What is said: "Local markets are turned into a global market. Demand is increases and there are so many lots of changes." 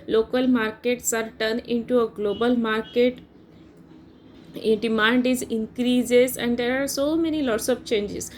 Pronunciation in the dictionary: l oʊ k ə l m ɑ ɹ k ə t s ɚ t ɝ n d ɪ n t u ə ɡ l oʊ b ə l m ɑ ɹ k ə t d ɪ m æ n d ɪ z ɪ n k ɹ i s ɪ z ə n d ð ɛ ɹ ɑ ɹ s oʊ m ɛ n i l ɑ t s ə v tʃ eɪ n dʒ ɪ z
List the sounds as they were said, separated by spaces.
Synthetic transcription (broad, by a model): l oʊ k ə l m ɑ ɹ k ə t s ɚ t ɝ n ɪ n t u ə ɡ l oʊ b ə l m ɑ ɹ k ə t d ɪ m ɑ n d ɪ z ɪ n k ɹ i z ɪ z ə n d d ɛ ɹ ɑ ɹ s oʊ m ɛ n i l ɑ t s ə p tʃ eɪ n dʒ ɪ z